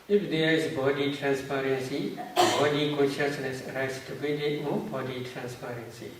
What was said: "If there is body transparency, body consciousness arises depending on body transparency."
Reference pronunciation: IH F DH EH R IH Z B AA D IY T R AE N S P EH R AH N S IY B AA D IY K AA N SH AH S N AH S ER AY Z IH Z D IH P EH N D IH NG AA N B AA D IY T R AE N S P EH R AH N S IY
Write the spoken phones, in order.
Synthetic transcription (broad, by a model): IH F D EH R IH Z B AA D IY T R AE N S P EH R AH N S IY B AA D IY K AA N SH AH S N AH S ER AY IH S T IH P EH D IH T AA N B AA D IY T R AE N S P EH R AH N S IY